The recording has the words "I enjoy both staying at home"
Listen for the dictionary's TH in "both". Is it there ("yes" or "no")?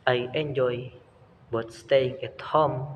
no